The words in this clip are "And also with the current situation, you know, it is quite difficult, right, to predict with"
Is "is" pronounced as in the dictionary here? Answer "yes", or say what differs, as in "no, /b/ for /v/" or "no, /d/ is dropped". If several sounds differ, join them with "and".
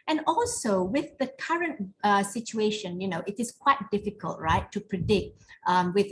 no, /s/ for /z/